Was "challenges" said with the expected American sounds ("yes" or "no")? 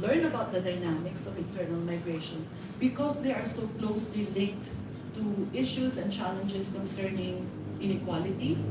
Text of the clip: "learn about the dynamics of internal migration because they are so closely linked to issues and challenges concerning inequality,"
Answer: no